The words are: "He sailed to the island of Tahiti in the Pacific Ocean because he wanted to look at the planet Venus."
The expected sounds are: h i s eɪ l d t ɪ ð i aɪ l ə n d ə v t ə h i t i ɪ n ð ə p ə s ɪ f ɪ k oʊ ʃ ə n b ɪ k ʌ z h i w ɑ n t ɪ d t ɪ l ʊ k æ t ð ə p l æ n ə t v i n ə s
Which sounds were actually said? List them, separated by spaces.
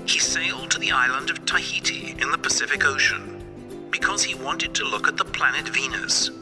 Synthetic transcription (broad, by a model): h i s eɪ l d t ɪ ð i aɪ l ə n d ə v t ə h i t i ɪ n ð ə p ə s ɪ f ɪ k oʊ ʃ ə n b ɪ k ʌ z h i w ɑ n t ɪ d t ɪ l ʊ k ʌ t ð ə p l æ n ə t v i n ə s